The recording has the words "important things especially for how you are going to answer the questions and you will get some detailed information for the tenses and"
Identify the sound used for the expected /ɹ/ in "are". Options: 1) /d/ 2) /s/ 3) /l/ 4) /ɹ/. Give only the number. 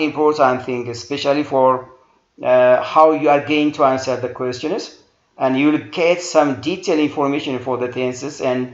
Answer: 4